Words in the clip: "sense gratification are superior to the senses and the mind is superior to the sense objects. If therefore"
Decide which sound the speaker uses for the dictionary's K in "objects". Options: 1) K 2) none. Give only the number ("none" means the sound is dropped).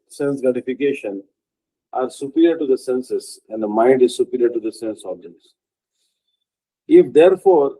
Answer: 2